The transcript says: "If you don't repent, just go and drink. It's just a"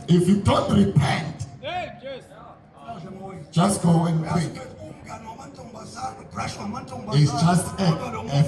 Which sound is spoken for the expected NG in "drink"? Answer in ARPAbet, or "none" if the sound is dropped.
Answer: none